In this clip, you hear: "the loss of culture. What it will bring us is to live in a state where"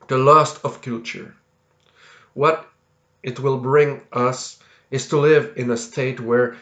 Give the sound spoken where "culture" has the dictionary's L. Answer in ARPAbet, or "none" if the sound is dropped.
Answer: none